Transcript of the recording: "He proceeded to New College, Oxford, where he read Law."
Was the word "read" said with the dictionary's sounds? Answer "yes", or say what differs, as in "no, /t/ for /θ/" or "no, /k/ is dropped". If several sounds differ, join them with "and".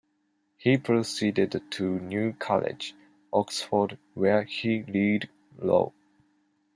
no, /l/ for /ɹ/